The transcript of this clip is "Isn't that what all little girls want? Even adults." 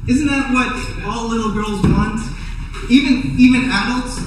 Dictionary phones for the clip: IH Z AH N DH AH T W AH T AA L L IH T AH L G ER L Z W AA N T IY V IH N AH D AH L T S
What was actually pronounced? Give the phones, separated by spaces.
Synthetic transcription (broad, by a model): IH Z N DH AH T W AH T AA L L IH T L G ER L Z W AA N T IY V IH N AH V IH L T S